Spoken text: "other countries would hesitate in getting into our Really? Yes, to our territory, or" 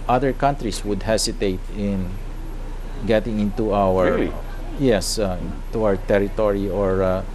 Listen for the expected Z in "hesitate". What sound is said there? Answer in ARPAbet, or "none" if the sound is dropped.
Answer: S